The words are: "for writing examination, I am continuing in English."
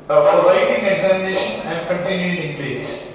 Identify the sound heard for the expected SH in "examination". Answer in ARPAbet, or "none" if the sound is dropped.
SH